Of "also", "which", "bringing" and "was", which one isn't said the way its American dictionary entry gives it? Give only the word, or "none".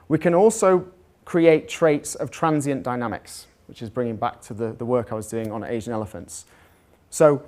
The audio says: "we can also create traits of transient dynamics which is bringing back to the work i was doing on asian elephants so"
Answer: none